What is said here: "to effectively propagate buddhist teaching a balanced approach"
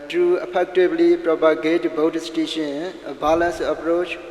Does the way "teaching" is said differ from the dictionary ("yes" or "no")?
yes